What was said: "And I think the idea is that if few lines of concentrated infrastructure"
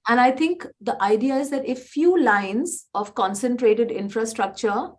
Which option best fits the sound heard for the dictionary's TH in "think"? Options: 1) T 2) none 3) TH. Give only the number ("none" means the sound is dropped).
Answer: 1